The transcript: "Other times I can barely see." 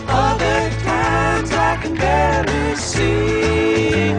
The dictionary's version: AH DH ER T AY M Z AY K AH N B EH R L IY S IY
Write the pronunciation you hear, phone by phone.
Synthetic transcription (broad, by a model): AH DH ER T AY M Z AY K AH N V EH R IY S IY